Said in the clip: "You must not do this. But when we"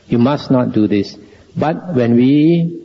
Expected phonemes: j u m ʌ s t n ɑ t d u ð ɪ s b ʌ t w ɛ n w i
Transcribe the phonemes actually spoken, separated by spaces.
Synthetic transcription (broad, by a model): j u m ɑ s n ɑ t d u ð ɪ s b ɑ t w ɛ n w i